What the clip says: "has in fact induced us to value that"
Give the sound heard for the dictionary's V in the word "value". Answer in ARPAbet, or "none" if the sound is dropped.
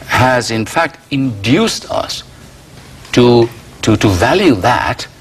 V